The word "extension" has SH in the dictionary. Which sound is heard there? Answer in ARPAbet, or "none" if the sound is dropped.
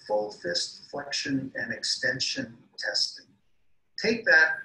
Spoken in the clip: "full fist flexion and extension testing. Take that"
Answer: SH